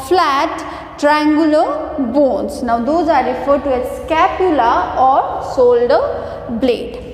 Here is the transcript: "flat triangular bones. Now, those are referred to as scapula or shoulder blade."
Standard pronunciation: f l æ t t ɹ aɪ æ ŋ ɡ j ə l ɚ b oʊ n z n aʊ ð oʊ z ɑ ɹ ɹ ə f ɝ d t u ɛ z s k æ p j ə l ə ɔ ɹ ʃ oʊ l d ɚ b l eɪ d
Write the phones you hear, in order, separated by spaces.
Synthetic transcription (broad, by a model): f l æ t t ɹ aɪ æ ŋ ɡ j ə l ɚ b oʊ n s n aʊ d oʊ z ɑ ɹ ɹ ə f ɝ d t u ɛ s k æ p j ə l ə ɔ ɹ s oʊ l d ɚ b l eɪ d